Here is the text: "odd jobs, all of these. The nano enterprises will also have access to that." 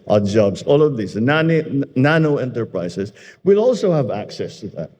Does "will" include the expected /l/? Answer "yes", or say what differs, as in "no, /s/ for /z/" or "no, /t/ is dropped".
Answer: yes